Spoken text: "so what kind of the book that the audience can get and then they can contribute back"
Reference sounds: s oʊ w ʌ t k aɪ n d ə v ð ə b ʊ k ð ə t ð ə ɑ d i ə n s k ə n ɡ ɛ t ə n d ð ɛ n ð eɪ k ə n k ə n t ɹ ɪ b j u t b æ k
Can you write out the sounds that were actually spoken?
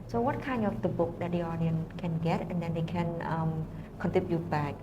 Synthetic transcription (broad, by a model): s oʊ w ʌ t k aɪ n ə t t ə b ʊ k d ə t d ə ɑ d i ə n k ə n ɡ ɛ t ə n d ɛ n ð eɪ k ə n k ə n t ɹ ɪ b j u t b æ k